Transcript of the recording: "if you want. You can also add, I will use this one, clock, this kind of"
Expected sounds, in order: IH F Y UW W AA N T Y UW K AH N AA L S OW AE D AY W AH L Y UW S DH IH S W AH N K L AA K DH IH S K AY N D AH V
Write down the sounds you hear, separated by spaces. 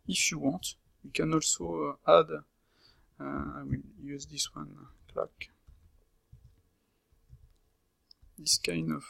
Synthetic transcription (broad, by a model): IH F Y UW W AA T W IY K AH N AA L S OW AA D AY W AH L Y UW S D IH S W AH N K L AA K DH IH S K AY N AH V